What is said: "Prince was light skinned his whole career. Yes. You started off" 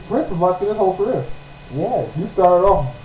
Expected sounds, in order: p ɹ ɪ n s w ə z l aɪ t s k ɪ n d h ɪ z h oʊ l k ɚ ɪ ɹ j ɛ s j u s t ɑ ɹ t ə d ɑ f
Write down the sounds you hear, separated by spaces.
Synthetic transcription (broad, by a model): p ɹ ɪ n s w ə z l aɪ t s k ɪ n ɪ s h oʊ l k ɚ ɪ ɹ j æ j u s t ɑ ɹ t ə d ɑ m